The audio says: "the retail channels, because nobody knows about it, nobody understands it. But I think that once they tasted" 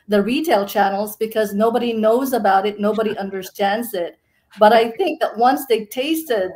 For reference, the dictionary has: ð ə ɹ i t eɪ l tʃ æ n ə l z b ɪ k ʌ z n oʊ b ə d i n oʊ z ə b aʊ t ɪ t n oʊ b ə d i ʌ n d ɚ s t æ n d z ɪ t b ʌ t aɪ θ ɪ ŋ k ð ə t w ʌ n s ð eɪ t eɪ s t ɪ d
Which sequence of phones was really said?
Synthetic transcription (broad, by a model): ð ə ɹ i t eɪ l tʃ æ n l z b ɪ k ʌ z n oʊ b ə d i n oʊ z ə b aʊ t ɪ t n oʊ b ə d i ʌ n d ɚ s t æ n d z ɪ t b ʌ t aɪ θ ɪ ŋ k ð ə t w ʌ n s ð eɪ t eɪ s t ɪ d